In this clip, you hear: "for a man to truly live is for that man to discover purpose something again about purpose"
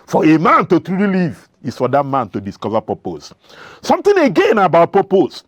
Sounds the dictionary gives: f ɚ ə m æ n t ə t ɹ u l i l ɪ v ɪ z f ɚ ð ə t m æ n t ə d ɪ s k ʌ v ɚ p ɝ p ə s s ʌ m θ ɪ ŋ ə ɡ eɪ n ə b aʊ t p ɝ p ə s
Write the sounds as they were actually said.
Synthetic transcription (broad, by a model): f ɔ ə m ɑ n t ə t ɹ u l i l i v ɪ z f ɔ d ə t m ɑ n t ə d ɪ s k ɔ v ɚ p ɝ p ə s s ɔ m t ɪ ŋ ə ɡ eɪ n ə b aʊ t p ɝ p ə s